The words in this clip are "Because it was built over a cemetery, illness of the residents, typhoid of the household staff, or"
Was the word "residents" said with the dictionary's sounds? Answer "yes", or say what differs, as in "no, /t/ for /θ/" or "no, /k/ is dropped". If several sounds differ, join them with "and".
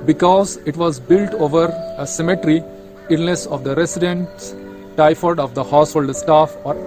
no, /s/ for /z/ and /s/ is dropped